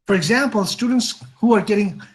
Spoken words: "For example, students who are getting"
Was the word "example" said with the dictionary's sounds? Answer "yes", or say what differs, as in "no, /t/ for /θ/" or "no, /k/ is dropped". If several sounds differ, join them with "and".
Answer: yes